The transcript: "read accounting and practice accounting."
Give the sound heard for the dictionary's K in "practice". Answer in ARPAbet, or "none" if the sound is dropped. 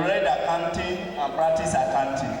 none